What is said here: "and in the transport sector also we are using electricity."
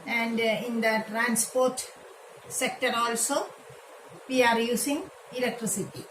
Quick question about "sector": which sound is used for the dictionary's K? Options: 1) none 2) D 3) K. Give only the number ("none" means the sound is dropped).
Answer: 3